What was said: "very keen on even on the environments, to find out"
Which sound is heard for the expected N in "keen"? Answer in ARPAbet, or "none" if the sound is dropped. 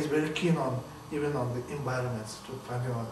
N